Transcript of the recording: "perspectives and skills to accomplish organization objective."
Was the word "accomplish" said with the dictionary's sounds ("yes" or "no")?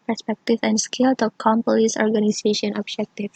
no